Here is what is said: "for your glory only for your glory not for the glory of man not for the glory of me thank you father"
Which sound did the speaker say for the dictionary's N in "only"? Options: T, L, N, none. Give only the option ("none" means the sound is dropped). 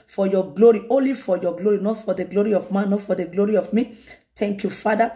N